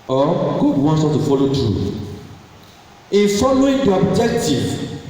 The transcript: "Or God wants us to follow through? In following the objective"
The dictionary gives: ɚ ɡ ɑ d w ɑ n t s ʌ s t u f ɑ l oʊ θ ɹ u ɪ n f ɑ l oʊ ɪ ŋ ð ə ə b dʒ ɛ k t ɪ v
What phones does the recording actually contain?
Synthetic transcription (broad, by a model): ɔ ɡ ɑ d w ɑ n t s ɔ t u f ɑ l oʊ t ɹ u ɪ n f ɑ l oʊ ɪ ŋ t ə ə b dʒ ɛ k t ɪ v